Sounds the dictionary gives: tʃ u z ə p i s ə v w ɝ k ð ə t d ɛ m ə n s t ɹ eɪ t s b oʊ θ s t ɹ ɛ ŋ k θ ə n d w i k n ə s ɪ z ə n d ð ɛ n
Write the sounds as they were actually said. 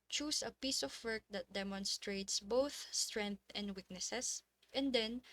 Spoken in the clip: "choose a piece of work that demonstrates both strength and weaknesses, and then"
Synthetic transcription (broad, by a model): tʃ u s ə p i s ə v w ɝ k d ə t d ɛ m ə n s t ɹ eɪ t s b oʊ θ s t ɹ ɛ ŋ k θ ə n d w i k n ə s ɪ s ə n d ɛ n